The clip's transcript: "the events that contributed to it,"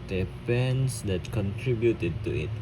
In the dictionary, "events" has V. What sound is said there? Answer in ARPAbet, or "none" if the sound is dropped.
P